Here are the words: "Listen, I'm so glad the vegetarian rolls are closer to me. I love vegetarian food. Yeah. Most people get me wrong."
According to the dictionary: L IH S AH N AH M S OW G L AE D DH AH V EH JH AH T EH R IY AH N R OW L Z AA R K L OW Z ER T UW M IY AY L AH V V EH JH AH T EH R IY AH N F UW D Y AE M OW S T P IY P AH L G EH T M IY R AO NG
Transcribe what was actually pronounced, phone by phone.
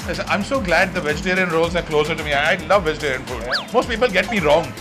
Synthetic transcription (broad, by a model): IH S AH AH M S OW G L AE D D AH V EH JH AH T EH R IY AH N R OW L Z AA R K L OW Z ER T UW M IY AY L AH V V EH JH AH T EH R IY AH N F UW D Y M OW S T P IY P AH L G EH T M IY R AO NG